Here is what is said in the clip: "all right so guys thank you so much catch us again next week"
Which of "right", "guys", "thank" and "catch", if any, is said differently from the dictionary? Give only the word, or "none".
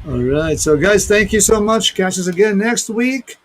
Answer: none